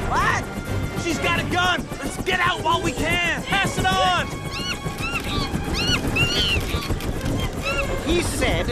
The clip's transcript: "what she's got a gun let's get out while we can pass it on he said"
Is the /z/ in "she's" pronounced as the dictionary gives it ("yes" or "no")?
yes